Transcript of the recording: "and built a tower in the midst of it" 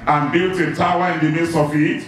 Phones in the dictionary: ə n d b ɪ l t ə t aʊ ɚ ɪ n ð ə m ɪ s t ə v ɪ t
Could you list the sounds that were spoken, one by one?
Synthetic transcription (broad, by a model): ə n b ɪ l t ə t aʊ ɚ ɪ n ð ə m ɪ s ə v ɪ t